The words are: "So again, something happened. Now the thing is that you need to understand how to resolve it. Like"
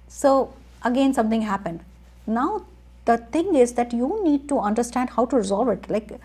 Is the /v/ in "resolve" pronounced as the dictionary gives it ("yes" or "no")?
yes